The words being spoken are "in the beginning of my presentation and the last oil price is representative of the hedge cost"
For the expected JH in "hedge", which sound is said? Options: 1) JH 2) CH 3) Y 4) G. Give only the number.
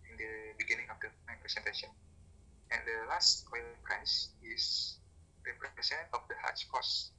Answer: 2